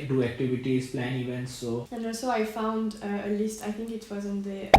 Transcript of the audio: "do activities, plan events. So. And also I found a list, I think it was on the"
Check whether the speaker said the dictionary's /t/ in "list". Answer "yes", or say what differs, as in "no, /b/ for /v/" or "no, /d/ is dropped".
yes